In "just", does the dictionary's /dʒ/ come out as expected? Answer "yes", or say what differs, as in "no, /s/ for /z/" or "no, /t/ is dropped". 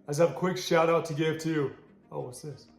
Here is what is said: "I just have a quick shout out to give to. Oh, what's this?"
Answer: no, /z/ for /dʒ/